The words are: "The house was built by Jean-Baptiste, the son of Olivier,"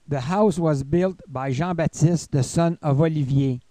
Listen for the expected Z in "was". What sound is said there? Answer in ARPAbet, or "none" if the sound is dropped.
Z